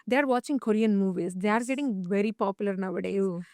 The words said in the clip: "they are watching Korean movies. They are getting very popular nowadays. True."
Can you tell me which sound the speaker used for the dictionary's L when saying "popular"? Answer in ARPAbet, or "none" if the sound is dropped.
L